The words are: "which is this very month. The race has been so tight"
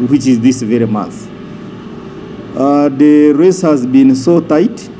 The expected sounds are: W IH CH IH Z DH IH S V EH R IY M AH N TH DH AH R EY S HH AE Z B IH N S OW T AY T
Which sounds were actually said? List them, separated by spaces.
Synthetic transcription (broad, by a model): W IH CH IH Z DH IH S V EH R IY M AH TH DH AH R EY S HH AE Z B IH N S OW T AY T